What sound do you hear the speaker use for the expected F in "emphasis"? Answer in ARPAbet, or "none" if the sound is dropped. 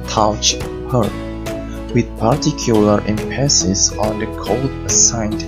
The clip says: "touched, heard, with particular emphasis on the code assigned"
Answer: P